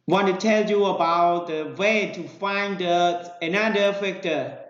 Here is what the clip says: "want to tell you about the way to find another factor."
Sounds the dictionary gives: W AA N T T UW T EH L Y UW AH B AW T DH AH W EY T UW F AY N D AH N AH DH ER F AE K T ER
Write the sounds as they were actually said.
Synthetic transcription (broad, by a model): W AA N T T UW T EH L Y UW AH B AW T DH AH W EY T UW F AY N D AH N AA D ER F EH K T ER